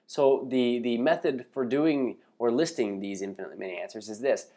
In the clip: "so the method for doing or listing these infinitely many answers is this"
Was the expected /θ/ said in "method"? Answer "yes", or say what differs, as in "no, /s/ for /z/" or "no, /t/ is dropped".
yes